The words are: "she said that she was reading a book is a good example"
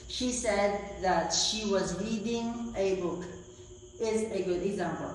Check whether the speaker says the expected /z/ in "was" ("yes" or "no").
yes